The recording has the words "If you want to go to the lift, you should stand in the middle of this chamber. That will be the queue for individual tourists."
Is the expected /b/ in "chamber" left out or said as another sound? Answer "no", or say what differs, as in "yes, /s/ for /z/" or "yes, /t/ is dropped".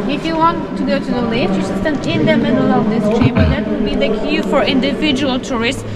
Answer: yes, /b/ is dropped